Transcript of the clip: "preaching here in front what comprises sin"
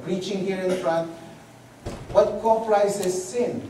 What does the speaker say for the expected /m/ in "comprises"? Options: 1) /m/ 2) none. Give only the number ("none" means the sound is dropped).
2